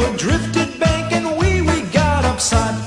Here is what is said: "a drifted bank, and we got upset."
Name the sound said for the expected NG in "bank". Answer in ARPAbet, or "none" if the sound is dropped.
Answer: none